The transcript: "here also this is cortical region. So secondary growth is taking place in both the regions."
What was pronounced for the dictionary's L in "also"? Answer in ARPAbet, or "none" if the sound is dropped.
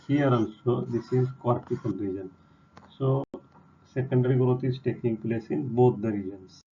N